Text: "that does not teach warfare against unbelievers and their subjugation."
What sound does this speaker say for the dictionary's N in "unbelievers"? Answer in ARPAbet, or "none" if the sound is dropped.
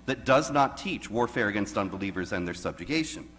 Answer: N